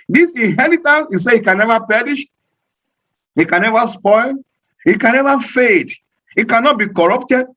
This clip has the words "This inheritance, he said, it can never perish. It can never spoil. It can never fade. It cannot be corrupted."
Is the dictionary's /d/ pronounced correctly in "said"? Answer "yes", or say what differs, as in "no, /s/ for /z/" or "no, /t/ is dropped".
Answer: no, /d/ is dropped